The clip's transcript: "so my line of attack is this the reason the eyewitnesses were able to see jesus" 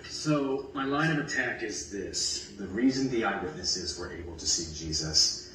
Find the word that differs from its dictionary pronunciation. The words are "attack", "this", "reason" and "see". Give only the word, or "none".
none